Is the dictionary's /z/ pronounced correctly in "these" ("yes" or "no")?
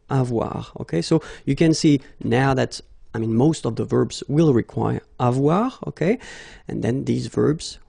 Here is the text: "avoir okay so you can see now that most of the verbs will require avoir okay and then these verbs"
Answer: yes